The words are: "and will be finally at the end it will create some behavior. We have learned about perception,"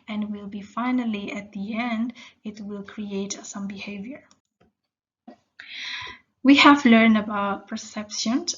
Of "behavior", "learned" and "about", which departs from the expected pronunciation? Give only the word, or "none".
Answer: none